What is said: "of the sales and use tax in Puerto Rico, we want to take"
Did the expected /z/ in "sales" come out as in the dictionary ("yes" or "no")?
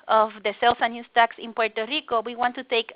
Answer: no